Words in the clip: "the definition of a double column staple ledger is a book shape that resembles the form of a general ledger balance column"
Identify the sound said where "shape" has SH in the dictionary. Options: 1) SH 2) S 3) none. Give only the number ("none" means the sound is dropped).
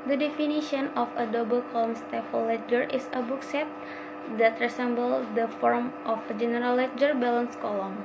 2